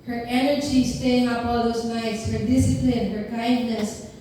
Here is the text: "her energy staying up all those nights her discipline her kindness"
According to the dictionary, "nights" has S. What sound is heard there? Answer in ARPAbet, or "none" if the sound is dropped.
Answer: S